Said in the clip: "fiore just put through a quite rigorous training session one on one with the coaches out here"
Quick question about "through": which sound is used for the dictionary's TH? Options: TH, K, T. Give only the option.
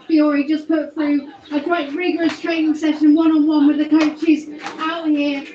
TH